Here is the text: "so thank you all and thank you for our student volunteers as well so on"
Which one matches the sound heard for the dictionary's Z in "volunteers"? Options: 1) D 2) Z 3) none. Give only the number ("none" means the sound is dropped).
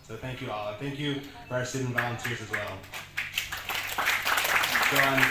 2